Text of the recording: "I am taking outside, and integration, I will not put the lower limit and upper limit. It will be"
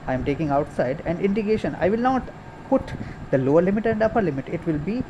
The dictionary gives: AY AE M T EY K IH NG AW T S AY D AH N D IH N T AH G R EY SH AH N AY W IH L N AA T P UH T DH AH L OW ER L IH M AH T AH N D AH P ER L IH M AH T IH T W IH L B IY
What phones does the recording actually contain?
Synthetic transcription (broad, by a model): AY M T EY K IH NG AW T S AY D AH N D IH N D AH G EY SH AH N AY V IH L N AA T P UH T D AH L OW ER L IH M AH T AH N D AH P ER L IH M AH T IH T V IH L B IY